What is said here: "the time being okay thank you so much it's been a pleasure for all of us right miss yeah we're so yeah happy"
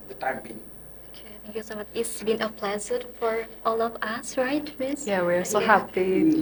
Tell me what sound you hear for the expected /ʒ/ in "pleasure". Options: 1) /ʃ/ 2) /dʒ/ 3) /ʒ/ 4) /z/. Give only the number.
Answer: 4